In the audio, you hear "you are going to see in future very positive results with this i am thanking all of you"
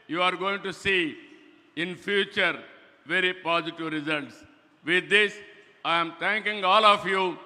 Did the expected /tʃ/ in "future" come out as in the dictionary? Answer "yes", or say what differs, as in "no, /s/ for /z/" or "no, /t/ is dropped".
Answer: yes